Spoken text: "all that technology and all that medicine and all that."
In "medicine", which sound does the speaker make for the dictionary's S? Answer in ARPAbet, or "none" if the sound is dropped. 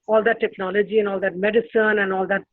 S